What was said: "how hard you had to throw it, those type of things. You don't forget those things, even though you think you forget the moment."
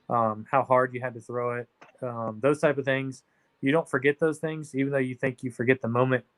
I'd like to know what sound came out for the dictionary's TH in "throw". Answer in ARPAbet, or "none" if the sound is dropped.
TH